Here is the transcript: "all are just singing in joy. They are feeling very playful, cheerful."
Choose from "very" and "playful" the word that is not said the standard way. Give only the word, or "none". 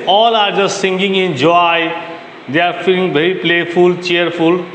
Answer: very